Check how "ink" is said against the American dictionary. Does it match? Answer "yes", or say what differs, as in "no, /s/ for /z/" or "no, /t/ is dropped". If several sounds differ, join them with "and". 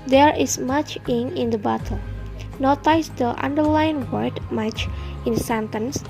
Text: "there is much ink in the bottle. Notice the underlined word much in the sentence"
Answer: no, /k/ is dropped